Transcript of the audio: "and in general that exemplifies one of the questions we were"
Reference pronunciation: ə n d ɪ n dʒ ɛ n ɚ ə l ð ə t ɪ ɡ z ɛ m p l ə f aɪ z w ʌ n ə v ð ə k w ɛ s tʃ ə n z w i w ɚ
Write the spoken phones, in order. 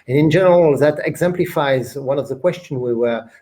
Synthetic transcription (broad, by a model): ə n ɪ n dʒ ɛ n ɚ ə l ð ə t ɪ ɡ z ɛ m p l ə f aɪ z w ʌ n ə v ð ə k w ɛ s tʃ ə n w i w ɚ